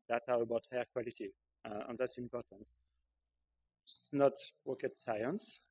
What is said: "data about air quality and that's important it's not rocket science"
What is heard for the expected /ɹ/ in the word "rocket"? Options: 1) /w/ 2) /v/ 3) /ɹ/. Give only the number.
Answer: 1